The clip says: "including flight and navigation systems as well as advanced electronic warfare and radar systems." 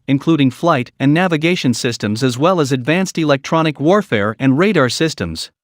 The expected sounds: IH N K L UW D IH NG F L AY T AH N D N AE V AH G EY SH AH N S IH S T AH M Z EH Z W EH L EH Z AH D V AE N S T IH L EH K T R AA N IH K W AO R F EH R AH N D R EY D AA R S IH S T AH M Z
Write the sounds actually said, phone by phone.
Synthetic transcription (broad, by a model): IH N K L UW D IH NG F L AY T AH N N AE V AH G EY SH AH N S IH S T AH M Z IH Z W EH L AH Z AH D V AE N S T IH L EH K T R AA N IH K W AO R F EH R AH N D R EY D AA R S IH S T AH M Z